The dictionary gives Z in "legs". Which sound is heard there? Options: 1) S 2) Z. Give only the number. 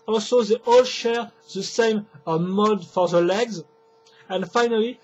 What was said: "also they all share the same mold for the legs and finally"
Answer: 2